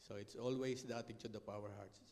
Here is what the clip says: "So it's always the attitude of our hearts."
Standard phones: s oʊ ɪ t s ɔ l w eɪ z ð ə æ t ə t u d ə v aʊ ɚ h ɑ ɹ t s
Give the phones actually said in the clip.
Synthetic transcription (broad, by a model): s oʊ ɪ t s ɔ l w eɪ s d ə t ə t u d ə p aʊ ɚ h ɑ ɹ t s